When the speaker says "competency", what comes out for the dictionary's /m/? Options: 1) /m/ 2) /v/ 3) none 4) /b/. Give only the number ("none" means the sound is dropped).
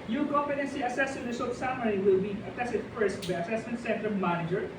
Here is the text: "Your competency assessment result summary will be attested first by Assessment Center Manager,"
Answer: 3